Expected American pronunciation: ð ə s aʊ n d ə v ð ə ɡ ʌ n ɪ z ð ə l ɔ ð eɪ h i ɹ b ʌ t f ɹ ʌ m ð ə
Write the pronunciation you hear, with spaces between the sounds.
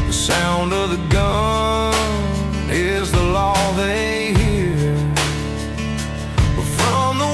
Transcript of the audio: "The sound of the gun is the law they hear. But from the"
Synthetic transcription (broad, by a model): ð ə s aʊ n d ə v ð ə ɡ ʌ n ɪ z ð ə l ɔ ð eɪ h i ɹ b ʌ t f ɹ ʌ m ð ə